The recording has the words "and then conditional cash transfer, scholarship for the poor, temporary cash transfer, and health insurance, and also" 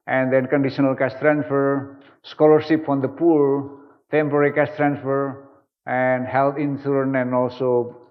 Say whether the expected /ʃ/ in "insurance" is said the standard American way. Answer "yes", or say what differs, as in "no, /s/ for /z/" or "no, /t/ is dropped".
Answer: no, /s/ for /ʃ/